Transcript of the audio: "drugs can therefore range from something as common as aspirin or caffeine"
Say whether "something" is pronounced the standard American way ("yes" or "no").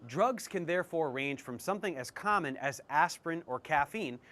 yes